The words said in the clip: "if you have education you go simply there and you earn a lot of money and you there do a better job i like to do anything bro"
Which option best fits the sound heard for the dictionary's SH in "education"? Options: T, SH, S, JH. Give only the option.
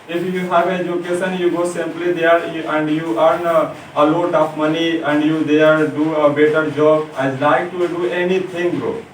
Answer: S